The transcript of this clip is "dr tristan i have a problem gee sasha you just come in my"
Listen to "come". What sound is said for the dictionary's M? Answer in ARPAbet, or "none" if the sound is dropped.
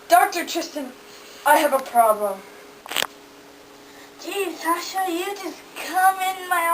M